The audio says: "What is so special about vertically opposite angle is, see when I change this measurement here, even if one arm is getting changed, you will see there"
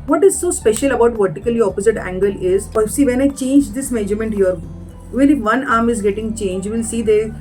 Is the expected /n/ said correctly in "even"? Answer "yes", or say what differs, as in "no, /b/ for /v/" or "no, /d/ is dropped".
no, /l/ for /n/